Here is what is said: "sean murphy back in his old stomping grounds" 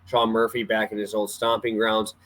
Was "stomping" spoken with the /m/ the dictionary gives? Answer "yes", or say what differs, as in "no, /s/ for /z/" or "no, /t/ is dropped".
yes